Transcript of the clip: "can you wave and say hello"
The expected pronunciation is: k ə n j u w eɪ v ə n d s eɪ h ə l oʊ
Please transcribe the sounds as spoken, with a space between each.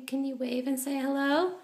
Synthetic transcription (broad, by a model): k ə n j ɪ w eɪ v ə n s eɪ h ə l oʊ